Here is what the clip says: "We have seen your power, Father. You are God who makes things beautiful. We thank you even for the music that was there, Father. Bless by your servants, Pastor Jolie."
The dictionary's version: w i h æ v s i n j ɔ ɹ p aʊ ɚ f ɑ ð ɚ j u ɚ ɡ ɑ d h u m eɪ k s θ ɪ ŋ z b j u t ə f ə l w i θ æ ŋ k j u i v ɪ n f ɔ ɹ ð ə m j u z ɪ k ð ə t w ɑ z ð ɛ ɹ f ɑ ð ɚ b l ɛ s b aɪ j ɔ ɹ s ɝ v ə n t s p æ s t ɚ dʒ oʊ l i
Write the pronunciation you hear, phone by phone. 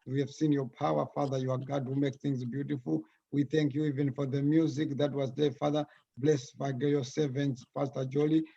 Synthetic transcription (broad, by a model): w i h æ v s i n j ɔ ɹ p aʊ ɚ f ɑ ð ɚ j u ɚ ɡ ɑ d h u m eɪ k θ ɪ ŋ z b j u t ə f ə l w i θ æ ŋ k j u i v ɪ n f ɔ ɹ ð ə m j u z ɪ k ð ə t w ɑ z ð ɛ f ɑ ð ɚ b l ɛ s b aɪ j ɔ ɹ s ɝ v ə n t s f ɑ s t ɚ dʒ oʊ l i